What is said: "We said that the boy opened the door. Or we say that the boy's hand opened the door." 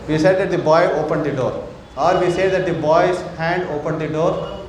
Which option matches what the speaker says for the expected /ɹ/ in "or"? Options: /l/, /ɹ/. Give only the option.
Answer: /ɹ/